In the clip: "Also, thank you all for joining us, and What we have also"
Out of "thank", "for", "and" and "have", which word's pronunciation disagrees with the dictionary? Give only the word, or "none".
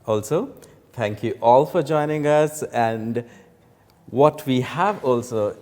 thank